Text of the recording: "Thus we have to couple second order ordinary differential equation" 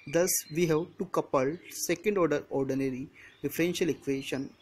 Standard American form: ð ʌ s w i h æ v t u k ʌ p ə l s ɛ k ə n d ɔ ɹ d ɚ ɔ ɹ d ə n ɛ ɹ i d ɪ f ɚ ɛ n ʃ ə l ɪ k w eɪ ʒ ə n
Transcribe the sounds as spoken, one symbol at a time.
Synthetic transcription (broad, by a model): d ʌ s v i h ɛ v t u k ʌ p ə l s ɛ k ə n d ɔ ɹ d ɚ ɔ ɹ d ə n ɛ ɹ i d ɪ f ɚ ɛ n ʃ ə l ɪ k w eɪ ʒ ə n